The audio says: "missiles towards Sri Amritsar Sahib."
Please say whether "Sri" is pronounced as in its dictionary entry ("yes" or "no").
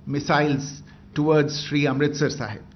yes